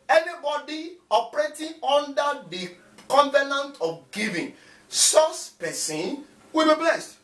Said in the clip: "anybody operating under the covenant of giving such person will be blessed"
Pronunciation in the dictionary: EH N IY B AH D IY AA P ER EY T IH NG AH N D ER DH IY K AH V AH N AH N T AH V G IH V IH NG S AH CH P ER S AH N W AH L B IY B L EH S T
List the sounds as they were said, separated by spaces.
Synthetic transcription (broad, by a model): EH N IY B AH D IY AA P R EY T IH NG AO N D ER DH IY K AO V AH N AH N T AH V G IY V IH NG S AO S P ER S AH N W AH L B IY B L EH S T